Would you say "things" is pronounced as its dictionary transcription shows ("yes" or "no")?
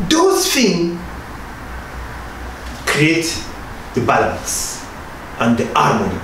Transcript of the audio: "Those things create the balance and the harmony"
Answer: no